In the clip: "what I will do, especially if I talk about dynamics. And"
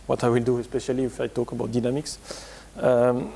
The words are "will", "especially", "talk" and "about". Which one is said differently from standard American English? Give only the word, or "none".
none